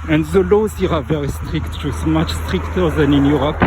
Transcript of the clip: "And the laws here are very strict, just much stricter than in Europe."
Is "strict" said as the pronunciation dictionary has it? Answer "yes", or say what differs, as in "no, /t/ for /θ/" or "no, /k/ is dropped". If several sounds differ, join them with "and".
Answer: yes